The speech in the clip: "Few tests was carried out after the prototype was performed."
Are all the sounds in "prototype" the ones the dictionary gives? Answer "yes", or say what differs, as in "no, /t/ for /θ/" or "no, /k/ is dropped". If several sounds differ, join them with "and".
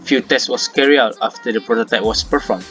yes